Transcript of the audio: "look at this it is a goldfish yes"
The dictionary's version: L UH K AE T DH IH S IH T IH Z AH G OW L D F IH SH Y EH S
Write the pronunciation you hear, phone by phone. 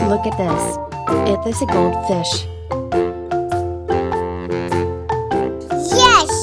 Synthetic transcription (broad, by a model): L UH K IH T DH IH S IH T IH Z AH G OW L D F IH SH Y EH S